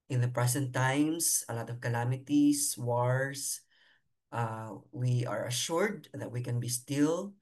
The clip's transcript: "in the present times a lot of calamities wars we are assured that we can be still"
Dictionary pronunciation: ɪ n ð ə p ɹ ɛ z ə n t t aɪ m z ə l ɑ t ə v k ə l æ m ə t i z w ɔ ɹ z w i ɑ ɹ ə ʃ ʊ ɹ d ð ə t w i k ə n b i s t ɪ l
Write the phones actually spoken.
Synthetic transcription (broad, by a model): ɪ n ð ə p ɹ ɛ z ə n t t aɪ m s ə l ɑ t ə v k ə l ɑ m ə t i s w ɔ ɹ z w i ɑ ɹ ə ʃ ʊ ɹ d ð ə t w i k ə n b i s t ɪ l